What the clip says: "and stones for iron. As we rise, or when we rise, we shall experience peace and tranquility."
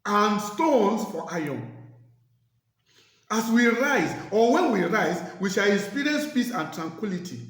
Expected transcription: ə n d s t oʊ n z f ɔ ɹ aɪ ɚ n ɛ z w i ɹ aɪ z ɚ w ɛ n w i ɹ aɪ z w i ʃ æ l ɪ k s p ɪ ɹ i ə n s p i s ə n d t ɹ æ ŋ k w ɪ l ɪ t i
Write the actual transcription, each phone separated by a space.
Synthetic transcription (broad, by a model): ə n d s t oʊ n s f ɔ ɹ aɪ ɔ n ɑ s w i ɹ aɪ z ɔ w ɛ n w i ɹ aɪ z w i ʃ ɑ l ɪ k s p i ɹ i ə n s p i s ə n t ɹ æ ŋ k w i l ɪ t i